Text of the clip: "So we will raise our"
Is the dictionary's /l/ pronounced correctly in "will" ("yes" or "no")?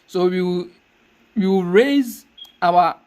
no